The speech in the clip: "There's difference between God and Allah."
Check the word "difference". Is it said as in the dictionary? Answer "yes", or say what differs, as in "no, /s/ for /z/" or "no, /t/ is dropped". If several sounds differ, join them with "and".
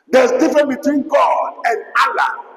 no, /s/ is dropped